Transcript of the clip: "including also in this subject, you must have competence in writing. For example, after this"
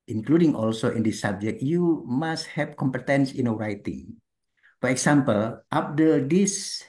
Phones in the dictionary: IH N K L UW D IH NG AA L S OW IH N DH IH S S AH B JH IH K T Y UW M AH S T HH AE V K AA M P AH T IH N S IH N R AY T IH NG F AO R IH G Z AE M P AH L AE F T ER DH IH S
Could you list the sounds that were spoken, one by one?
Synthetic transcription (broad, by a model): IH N K L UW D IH NG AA L S OW IH N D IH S S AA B JH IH K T Y UW M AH S T HH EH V K AA M P AH T IH N S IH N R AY T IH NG F AO R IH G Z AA M P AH L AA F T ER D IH S